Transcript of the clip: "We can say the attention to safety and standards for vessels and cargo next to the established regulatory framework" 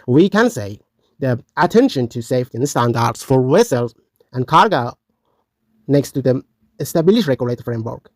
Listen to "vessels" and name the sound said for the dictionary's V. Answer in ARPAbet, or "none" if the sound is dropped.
W